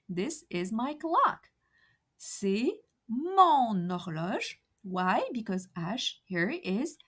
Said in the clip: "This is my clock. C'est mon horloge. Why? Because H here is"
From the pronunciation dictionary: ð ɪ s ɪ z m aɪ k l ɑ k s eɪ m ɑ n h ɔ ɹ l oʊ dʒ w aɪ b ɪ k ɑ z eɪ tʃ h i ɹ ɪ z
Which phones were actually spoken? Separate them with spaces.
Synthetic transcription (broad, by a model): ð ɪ s ɪ z m aɪ k l ɑ k s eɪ m ɑ n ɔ ɹ l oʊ ʒ w aɪ b ɪ k ɑ z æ ʃ h i ɹ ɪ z